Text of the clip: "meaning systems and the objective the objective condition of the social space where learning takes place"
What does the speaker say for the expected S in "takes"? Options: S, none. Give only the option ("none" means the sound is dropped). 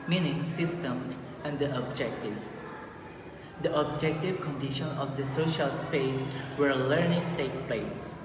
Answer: none